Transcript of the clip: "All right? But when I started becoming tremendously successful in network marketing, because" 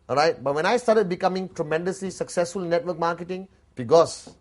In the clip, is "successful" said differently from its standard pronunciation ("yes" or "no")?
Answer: no